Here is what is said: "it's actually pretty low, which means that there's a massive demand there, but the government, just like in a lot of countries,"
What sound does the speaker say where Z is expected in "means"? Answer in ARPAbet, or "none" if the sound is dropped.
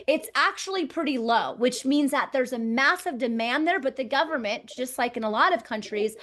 Z